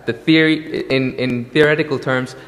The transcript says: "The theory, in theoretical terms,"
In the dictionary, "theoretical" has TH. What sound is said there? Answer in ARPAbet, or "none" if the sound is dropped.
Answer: TH